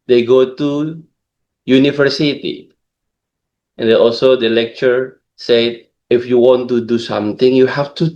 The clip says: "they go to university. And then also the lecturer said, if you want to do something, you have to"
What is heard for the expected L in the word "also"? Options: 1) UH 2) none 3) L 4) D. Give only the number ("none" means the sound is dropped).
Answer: 3